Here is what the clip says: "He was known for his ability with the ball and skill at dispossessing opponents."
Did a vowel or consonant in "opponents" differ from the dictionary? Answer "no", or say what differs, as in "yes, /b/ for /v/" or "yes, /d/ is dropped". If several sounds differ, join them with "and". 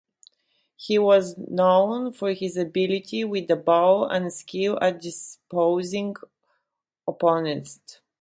yes, /s/ is dropped